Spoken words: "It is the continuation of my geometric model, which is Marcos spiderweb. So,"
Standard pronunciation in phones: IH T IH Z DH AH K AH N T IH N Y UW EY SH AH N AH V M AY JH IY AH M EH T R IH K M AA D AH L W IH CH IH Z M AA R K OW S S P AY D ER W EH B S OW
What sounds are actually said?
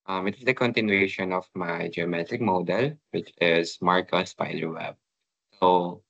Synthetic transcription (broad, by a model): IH T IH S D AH K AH N T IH N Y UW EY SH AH N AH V M AY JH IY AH M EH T IH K M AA D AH L W IH CH IH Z M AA R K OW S S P AY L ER W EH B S OW